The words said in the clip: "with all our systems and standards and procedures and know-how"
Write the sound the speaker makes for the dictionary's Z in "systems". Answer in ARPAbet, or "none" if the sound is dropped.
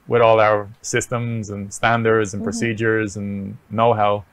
Z